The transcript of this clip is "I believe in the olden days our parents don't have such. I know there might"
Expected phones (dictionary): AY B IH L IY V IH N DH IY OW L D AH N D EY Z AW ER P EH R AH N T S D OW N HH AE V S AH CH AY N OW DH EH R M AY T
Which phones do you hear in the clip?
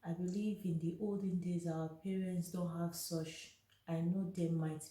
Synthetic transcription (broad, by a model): AY B IH L IY V IH N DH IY OW L D AH N D EY Z AW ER P EH R AH N T S D OW N HH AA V S AH CH AY N OW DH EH M AY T